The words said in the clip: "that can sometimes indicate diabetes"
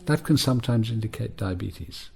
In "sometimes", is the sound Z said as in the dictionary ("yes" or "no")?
yes